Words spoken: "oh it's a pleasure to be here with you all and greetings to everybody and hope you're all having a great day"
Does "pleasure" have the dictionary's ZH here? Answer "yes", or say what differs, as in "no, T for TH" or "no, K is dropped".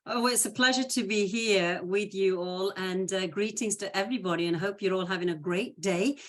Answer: yes